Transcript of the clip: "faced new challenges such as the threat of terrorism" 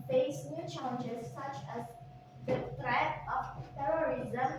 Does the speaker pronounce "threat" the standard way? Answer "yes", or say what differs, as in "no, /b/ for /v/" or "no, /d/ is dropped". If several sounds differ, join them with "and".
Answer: no, /t/ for /θ/